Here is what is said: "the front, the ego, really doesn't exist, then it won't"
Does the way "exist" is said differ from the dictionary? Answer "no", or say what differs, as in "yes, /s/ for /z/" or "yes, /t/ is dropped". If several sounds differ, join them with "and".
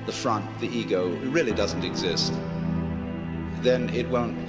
no